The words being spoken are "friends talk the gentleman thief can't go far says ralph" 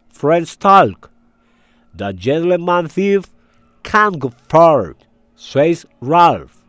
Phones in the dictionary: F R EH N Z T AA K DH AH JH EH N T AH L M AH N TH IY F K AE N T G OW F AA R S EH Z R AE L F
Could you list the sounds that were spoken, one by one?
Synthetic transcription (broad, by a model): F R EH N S T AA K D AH JH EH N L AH M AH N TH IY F K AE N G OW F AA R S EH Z R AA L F